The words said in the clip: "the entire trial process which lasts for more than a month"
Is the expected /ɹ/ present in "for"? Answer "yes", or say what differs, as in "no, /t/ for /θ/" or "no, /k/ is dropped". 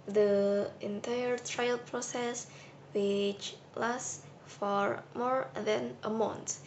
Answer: yes